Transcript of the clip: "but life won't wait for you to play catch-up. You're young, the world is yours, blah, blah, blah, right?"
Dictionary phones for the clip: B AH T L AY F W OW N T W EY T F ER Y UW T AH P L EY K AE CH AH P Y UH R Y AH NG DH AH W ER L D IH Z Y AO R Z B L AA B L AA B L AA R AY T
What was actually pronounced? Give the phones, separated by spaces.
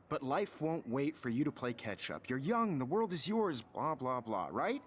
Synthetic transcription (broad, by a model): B AH T L AY F W OW N T W EY T F ER Y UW T AH P L EY K AE CH AH P Y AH R Y AH NG DH AH W ER L D IH Z Y AO R Z B L AA B L AA B L AA R AY T